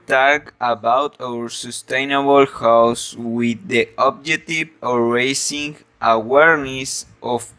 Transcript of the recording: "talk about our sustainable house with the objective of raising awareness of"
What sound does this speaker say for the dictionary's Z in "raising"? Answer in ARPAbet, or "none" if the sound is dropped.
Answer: S